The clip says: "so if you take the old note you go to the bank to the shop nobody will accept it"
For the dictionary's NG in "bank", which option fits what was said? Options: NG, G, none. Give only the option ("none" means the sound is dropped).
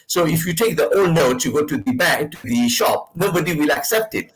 none